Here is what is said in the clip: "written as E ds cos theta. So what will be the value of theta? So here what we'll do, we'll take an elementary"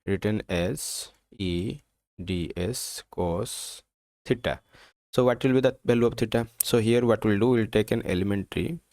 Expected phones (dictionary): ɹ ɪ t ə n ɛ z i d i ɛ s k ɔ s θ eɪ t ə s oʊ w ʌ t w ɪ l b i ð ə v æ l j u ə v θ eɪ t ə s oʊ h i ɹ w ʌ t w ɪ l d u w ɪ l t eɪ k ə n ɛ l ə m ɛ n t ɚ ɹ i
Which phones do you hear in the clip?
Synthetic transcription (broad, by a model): ɹ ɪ t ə n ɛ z i d i ɛ s k ɔ s t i t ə s oʊ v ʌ t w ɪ l b i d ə b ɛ l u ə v t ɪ t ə s oʊ h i ɹ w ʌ t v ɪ l d u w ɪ l t eɪ k ə n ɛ l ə m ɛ n t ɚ ɹ i